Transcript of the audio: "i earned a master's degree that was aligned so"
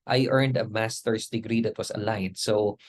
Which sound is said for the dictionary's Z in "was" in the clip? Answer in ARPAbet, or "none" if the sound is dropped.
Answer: S